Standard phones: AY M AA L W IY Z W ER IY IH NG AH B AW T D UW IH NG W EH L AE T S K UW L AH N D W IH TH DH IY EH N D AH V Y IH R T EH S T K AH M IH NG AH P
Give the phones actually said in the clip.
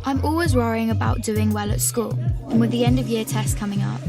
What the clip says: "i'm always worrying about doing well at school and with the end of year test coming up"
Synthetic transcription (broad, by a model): AY M AA L W IY Z W ER IY IH NG AH B AW T D UW IH NG W EH L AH T S K UW L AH N W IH DH IY EH N D AH V Y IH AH T EH S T K AH M IH NG AH P